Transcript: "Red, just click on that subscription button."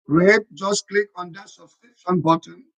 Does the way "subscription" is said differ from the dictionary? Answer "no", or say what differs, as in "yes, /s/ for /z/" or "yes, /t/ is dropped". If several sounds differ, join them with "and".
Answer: yes, /p/ is dropped